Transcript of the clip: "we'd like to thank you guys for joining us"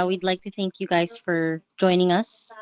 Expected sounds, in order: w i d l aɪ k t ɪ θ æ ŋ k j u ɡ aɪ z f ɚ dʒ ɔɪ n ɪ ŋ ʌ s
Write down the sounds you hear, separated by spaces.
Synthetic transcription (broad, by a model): w i d l aɪ k t ɪ θ æ ŋ k j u ɡ aɪ z f ɚ dʒ ɔɪ n ɪ ŋ ʌ s